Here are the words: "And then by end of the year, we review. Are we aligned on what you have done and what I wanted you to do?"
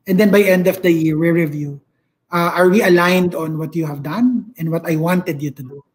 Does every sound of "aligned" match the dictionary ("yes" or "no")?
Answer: yes